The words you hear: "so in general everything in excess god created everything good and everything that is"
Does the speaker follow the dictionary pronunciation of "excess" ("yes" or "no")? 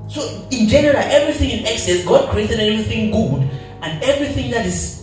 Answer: yes